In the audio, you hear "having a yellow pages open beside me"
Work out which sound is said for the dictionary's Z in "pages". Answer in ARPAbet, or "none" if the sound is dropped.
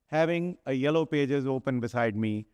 Z